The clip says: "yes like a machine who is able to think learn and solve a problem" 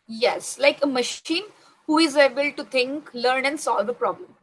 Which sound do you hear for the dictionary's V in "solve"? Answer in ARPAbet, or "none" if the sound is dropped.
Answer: V